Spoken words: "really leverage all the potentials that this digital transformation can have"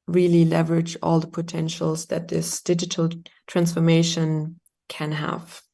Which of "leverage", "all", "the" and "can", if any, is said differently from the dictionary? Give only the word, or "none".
none